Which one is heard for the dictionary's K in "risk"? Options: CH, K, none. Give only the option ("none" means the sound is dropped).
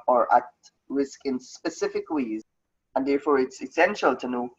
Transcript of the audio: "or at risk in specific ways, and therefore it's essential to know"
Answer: K